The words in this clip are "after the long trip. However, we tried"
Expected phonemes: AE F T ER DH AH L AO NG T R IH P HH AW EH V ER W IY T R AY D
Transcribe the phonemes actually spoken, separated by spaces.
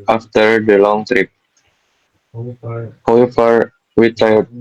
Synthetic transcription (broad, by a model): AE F T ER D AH L AO NG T R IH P HH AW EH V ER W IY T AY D